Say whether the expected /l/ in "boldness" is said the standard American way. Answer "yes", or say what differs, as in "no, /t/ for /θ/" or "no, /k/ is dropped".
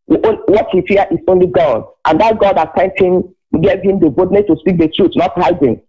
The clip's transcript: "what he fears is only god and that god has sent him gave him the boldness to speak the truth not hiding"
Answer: no, /l/ is dropped